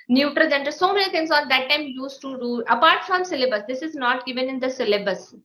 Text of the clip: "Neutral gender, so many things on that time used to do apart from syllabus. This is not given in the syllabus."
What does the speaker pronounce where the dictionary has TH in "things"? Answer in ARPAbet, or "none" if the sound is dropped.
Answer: T